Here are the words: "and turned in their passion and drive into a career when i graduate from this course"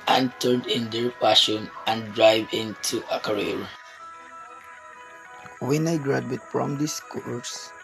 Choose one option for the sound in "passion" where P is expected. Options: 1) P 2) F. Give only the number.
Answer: 2